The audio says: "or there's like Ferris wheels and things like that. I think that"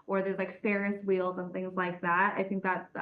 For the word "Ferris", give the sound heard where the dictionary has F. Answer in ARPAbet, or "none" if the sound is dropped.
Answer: P